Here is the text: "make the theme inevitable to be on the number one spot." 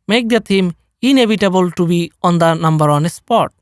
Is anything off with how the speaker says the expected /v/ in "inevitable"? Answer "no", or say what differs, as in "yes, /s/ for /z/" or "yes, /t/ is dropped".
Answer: yes, /b/ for /v/